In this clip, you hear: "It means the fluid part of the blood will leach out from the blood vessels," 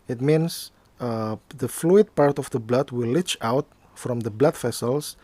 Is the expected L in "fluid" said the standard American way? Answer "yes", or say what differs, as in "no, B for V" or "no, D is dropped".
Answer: yes